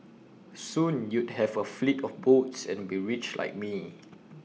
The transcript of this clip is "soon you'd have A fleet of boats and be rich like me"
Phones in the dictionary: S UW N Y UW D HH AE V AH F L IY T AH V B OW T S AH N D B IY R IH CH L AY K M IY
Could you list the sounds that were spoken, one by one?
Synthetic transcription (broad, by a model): S UW N Y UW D HH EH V AH F L IY T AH F B OW T S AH N B IY R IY CH L AY K M IY